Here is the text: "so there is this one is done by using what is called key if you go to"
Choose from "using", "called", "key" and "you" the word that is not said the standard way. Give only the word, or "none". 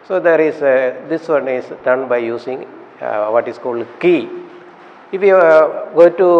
using